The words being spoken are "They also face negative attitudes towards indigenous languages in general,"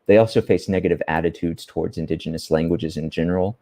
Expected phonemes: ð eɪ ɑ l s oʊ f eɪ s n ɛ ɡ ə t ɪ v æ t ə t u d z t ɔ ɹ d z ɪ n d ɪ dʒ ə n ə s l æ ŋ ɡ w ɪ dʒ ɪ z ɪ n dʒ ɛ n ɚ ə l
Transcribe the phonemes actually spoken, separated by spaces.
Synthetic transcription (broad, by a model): ð eɪ ɑ l s oʊ f eɪ s n ɛ ɡ ə t ɪ v æ t ə t u d z t ɔ ɹ d z ɪ n d ɪ dʒ ə n ə s l æ ŋ ɡ w ɪ dʒ ɪ z ɪ n dʒ ɛ n ɚ l